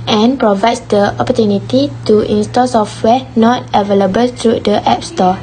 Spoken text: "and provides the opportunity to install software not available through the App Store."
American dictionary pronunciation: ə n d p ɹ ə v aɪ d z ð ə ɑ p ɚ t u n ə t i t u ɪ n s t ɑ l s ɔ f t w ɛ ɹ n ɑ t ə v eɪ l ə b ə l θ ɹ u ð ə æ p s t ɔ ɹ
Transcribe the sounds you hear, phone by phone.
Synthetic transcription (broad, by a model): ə n p ɹ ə v aɪ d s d ə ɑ p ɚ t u n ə t i t u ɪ n s t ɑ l s ɔ f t w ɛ n ɑ t ə v eɪ l ə b ə l t ɹ u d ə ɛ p s t ɔ